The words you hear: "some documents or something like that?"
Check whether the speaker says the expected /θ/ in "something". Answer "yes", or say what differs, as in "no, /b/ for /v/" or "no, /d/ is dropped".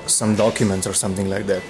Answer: no, /t/ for /θ/